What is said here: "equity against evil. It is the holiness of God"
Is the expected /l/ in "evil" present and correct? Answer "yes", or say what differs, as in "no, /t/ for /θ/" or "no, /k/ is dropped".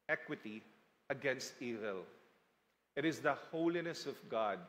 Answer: yes